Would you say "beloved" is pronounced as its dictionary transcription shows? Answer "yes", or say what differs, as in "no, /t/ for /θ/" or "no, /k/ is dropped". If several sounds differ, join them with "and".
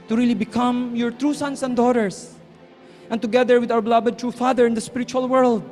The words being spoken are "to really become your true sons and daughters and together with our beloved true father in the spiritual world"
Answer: no, /b/ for /v/